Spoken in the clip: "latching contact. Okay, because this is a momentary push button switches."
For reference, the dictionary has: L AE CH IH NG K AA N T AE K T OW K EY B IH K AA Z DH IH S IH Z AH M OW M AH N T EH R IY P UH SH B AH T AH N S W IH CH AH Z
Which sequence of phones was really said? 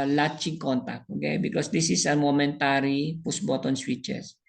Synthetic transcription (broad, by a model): L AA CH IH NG K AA N T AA K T OW K EY B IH K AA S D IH S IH S AH M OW M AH N T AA R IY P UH S B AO T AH N S W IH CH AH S